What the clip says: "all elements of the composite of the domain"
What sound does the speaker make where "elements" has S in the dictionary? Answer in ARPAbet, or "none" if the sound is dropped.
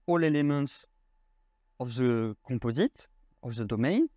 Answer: S